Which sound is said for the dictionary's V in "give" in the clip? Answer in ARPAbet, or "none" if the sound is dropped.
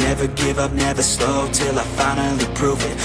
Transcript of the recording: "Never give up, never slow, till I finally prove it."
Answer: V